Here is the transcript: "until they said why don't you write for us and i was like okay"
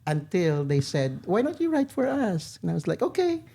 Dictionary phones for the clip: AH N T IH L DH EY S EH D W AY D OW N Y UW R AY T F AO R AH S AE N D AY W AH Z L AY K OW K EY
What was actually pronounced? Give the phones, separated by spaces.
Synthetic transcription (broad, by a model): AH N T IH L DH EY S EH D W AY D OW N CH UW R AY T F AO R AH S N AY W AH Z L AY K OW K EY